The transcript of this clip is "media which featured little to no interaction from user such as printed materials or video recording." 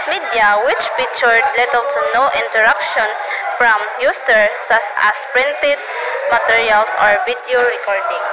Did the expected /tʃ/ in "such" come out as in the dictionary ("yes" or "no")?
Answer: no